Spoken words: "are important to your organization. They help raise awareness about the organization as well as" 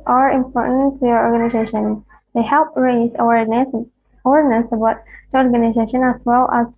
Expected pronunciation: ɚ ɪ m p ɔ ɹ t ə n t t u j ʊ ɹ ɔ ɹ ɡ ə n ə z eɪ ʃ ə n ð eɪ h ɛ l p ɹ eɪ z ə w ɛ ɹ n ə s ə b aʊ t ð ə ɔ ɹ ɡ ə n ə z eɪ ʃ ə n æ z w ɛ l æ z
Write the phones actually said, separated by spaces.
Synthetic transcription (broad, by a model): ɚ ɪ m p ɔ ɹ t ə n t t u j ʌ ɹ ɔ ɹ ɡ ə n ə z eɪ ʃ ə n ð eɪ h ɛ l p ɹ eɪ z ə w ɛ ɹ n ə s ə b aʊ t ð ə ɔ ɹ ɡ ə n ə z eɪ ʃ ə n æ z w ɛ l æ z